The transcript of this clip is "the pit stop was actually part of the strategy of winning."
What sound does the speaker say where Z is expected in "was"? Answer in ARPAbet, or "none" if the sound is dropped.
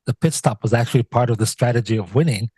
Z